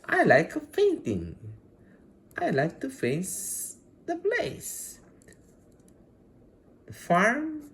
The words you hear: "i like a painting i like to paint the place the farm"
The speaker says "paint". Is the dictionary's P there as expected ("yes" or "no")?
no